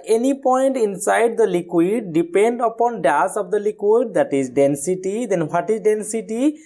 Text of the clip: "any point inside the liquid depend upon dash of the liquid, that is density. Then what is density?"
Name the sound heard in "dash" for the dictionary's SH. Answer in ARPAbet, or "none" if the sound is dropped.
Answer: S